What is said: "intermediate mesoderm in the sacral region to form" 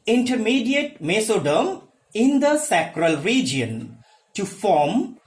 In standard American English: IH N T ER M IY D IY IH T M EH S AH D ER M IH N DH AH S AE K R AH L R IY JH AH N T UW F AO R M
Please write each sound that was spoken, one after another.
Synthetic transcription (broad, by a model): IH N T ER M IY D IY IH T M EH S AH D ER M IH N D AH S AE K R AH L R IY JH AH N T UW F AO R M